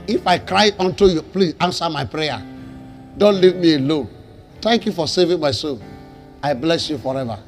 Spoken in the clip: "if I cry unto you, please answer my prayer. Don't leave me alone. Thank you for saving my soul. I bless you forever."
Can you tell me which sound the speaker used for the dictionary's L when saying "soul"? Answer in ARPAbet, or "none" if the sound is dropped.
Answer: N